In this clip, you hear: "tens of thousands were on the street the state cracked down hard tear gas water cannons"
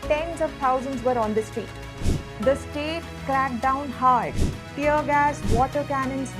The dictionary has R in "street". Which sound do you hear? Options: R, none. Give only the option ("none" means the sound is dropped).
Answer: none